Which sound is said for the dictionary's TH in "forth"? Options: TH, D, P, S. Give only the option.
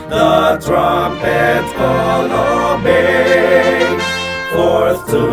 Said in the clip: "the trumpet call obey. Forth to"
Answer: S